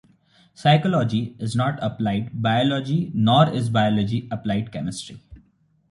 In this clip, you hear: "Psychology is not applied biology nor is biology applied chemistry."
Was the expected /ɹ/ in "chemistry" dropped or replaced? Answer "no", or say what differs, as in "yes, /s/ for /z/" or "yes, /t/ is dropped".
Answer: no